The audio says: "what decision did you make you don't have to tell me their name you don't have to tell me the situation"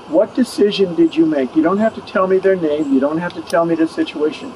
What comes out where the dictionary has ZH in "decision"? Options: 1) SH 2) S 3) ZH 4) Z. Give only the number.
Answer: 3